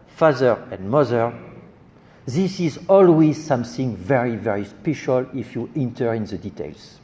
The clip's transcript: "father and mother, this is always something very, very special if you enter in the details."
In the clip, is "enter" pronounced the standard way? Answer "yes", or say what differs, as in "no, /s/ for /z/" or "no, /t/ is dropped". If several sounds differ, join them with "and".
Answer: yes